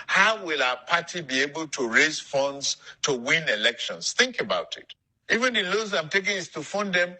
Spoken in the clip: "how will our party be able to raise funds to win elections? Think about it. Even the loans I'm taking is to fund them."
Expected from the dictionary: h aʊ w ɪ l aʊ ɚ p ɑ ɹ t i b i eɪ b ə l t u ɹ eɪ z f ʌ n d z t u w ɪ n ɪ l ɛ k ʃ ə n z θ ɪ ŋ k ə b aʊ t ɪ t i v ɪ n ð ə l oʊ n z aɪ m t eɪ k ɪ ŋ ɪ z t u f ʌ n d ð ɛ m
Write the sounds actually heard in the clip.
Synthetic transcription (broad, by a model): h aʊ w ɪ l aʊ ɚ p ɑ t i b i eɪ b ə l t u ɹ eɪ z f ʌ n d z t u w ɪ n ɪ l ɛ k ʃ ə n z θ ɪ ŋ k ə b aʊ t ɪ t i v ɪ n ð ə l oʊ z aɪ m t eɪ k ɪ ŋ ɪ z t u f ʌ n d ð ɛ m